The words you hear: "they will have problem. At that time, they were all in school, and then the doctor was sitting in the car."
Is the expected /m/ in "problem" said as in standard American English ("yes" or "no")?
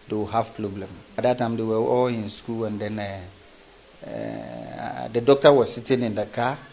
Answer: yes